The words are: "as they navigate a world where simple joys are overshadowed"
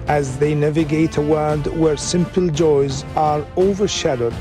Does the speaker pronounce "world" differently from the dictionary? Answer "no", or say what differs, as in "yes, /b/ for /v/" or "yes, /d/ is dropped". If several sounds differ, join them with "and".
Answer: yes, /l/ is dropped